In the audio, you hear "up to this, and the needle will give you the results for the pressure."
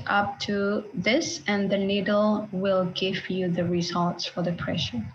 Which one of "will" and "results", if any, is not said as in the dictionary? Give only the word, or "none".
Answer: none